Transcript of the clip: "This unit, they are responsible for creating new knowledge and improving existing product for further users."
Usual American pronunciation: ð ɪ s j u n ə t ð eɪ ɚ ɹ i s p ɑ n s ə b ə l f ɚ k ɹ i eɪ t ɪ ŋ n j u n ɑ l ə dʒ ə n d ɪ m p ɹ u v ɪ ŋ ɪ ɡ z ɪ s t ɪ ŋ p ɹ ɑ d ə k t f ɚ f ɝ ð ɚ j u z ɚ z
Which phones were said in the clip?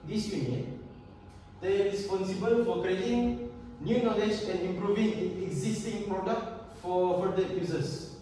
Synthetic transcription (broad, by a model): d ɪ s j u n ə t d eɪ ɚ ɹ i s p ɑ n s ə b ə l f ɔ k ɹ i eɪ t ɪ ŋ n j u n ɑ l ə dʒ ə n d ɪ m p ɹ u v ɪ ŋ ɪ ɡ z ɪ s t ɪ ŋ p ɹ ɑ d ə k t f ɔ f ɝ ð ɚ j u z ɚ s